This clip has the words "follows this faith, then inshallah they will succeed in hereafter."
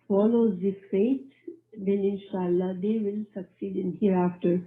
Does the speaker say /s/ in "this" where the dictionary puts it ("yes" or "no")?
no